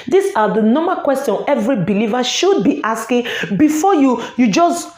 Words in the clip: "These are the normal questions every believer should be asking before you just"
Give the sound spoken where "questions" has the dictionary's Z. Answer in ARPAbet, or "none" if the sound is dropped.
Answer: none